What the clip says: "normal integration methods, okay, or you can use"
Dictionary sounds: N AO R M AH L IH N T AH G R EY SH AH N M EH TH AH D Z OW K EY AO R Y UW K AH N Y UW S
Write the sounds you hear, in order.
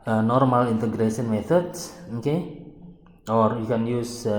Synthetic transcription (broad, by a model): N AO R M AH L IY N T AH G R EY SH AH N M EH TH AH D S OW K EY AO R Y UW K AH N Y UW S